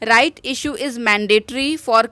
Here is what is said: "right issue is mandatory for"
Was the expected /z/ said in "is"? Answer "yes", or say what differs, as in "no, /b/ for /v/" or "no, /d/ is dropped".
yes